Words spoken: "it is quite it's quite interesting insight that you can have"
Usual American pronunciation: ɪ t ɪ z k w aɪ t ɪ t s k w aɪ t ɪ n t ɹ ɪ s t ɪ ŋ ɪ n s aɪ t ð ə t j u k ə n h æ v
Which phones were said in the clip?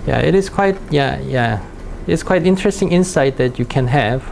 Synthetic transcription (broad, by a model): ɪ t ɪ s k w aɪ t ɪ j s k w aɪ t ɪ n t ɹ ɪ s t ɪ ŋ ɪ n s aɪ t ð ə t j u k ə n h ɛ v